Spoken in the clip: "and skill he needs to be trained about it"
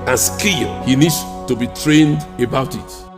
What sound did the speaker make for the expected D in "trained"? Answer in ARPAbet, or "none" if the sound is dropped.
D